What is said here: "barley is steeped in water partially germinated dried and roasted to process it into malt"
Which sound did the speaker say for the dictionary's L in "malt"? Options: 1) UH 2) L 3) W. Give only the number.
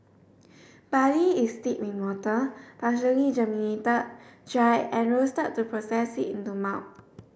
3